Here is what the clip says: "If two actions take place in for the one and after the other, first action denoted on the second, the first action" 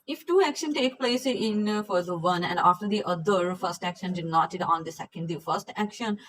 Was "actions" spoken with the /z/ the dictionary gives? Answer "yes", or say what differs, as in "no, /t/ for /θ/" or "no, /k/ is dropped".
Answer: no, /z/ is dropped